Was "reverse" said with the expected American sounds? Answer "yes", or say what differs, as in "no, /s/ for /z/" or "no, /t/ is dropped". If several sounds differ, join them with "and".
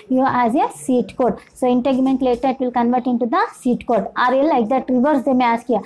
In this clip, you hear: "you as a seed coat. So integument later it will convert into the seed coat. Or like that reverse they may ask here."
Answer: yes